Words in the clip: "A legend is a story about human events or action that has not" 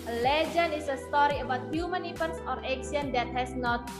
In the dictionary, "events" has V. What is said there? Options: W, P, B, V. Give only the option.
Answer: P